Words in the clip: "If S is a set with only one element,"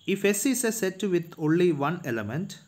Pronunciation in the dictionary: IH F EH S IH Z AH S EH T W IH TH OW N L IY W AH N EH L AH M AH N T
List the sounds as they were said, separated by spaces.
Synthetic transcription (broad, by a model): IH F EH S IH S AH S EH T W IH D OW N L IY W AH N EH L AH M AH N T